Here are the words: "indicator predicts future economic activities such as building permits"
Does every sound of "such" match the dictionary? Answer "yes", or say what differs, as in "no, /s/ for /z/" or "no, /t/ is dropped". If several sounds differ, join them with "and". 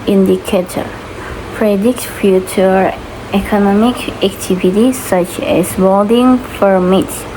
yes